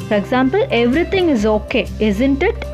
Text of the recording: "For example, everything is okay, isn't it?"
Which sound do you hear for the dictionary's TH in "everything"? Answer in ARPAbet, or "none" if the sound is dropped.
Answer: T